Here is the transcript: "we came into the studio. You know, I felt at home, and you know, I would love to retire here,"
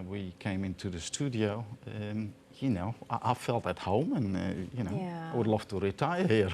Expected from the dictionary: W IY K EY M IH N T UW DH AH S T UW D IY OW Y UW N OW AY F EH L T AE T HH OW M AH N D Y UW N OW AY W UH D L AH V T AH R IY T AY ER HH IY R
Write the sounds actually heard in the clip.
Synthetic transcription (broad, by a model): W IY K EY M IH N T UW DH AH S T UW D IY OW Y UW N OW AY F EH L T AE T HH OW M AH N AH Y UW N OW AY W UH D L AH F T AH R IY T AY ER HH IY R